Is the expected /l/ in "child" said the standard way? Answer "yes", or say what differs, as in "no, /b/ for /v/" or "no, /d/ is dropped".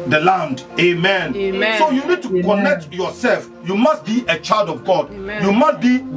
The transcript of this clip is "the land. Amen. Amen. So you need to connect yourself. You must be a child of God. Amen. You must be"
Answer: yes